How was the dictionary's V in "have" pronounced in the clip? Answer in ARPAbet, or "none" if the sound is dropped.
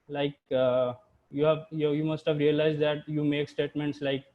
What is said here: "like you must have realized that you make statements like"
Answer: V